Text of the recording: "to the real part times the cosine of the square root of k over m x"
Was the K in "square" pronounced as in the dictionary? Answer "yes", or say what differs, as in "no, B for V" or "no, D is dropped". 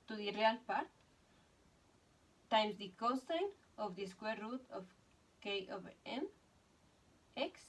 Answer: yes